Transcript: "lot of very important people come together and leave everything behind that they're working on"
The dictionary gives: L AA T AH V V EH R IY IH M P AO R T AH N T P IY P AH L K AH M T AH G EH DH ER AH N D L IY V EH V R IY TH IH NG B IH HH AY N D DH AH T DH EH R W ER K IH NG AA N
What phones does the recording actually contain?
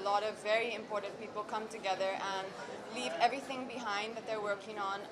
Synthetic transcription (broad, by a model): L AA T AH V V EH R IY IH M P AO R T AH N P IY P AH L K AH M T AH G EH DH ER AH N L IY V EH V R IY TH IH NG B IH HH AY N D DH AH T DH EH R W ER K IH NG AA N